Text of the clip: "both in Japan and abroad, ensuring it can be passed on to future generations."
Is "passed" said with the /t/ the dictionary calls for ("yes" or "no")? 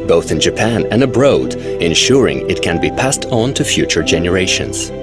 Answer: yes